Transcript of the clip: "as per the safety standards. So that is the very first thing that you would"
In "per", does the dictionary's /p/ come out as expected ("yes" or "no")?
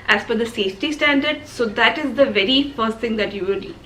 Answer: no